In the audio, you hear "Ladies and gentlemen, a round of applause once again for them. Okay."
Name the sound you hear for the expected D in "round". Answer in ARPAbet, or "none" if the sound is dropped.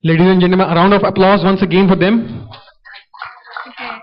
D